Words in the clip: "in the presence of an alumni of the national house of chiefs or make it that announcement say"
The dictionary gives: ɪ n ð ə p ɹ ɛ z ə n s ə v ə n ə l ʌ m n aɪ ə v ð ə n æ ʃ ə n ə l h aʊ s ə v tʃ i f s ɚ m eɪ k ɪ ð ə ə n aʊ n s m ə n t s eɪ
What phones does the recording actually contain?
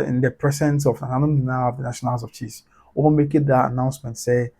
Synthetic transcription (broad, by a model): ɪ n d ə p ɹ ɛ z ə n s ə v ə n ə n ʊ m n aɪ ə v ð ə n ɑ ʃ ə n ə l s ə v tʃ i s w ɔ m eɪ k ɪ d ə ə n aʊ n s m ə n t s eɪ